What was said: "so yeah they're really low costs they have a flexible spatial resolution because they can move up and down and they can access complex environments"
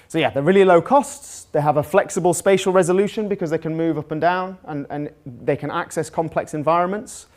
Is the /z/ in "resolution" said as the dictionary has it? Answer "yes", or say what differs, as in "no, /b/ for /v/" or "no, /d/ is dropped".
yes